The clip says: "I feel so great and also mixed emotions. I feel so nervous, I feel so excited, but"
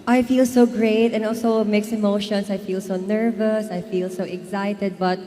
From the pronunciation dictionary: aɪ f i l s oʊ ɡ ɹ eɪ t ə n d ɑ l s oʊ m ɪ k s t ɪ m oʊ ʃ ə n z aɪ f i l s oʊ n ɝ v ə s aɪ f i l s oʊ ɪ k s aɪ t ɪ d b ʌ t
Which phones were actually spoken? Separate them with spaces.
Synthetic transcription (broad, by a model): aɪ f i l s oʊ ɡ ɹ eɪ t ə n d ɑ l s oʊ m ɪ k s ɪ m oʊ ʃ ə n s aɪ f i l s oʊ n ɝ v ə s aɪ f i l s oʊ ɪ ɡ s aɪ t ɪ d b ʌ t